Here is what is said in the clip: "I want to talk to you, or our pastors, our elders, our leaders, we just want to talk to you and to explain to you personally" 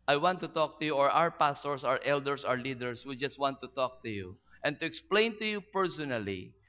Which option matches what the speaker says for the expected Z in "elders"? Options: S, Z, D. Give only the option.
S